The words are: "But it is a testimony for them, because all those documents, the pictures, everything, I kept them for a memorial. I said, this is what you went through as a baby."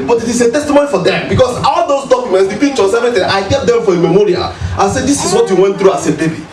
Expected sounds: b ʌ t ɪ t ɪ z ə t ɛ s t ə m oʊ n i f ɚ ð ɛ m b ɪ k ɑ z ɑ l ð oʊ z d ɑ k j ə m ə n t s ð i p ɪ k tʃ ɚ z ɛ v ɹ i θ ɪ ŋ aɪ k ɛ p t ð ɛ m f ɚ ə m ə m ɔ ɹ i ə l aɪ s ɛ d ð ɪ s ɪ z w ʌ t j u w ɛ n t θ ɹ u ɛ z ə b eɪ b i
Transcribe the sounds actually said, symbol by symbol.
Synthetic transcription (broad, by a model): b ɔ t ɪ t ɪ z ə t ɛ s t ə m oʊ n i f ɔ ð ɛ m b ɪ k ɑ s ɑ l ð oʊ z d ɑ k j ə m ə n t s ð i p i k tʃ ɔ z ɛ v i t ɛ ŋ aɪ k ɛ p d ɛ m f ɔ ə m ə m ɔ ɹ i ə l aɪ s ɛ d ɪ s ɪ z w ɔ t j u w ɛ n t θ ɹ u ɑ s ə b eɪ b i